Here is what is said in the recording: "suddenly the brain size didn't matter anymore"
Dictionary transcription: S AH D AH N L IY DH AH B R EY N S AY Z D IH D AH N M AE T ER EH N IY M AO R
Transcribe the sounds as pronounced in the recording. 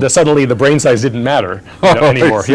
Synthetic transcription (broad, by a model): S AH D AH N L IY DH AH B R EY N S AY Z D IH D N M AE T ER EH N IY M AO R